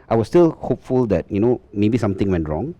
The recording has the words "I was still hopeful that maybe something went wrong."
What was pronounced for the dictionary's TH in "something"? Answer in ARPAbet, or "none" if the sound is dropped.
T